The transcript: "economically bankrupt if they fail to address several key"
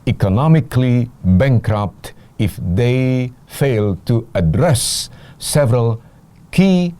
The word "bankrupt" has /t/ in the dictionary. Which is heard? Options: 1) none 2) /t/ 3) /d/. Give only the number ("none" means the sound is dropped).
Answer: 2